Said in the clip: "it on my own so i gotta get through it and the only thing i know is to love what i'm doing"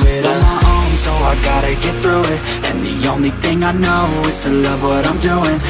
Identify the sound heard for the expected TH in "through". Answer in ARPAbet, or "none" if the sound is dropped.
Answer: TH